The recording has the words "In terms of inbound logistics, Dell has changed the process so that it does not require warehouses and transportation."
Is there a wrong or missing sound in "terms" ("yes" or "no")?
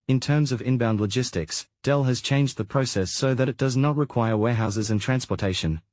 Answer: no